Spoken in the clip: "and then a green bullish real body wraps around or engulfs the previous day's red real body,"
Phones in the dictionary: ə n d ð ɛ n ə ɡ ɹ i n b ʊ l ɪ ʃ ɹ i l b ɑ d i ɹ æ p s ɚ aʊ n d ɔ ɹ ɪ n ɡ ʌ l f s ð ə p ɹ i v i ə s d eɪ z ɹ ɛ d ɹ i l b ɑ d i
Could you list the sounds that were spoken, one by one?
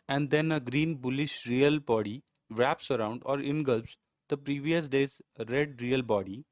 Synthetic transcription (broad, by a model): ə n d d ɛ n ə ɡ ɹ i n b ʊ l ɪ ʃ ɹ i l b ɑ d i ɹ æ p s ɚ aʊ n d ɔ ɹ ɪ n ɡ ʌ l p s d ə p ɹ i v i ə s d eɪ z ɹ ɛ d ɹ i l b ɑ d i